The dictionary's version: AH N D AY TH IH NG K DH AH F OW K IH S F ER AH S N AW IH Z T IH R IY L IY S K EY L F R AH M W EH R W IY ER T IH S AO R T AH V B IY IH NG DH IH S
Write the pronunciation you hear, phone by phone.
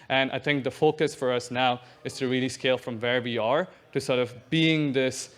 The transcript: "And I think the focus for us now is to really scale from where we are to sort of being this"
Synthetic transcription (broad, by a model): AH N AY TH IH NG K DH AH F OW K IH S F ER AH S N AW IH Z T IH R IY L IY S K EY L F R AH M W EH R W IY ER T IH S AO R T AH V B IY IH NG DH IH S